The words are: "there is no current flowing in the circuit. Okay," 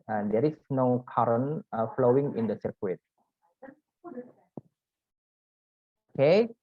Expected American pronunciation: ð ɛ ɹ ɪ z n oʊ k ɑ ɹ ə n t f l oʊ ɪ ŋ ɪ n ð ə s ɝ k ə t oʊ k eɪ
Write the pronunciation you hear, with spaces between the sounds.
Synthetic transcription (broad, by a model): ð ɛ ɹ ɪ s n oʊ k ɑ ɹ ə n f l oʊ ɪ ŋ ɪ n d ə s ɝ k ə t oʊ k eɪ